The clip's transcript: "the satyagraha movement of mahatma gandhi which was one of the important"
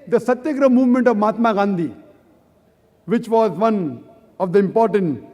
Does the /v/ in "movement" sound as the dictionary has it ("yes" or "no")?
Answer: yes